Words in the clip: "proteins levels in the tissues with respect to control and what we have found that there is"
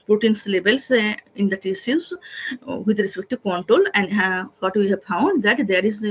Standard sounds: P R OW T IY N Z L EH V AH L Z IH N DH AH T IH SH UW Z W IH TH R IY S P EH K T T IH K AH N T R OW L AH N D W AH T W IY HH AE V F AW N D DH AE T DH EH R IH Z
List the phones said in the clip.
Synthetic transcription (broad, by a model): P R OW T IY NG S L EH B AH L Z IH N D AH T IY S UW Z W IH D R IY S P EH K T T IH K AH N T R OW L AH N D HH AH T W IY HH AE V F AW N D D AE T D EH R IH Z